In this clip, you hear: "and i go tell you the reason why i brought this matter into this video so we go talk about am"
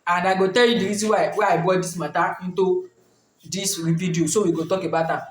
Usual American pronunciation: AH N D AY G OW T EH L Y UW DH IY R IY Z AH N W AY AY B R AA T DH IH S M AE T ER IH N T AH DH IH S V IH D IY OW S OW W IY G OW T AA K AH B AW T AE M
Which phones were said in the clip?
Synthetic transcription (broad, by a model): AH N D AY G OW T EH L Y UW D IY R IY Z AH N W AY AY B AA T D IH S M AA T IH N T AH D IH S P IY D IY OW S OW W IY G OW T AA K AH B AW T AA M